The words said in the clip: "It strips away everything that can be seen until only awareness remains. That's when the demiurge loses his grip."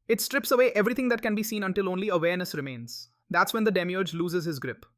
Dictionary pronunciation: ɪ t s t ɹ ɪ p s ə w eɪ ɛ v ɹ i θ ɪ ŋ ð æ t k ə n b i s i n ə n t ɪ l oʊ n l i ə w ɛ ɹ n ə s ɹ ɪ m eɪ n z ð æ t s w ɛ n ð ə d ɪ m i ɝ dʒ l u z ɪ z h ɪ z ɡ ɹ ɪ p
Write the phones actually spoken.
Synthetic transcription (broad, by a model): ɪ t s t ɹ ɪ p s ə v eɪ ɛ v ɹ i t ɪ ŋ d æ t k ə n b i s i n ə n t ɪ l oʊ n l i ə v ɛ ɹ n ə s ɹ ɪ m eɪ n z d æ t s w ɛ n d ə d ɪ m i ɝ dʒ l u z ɪ z h ɪ z ɡ ɹ ɪ p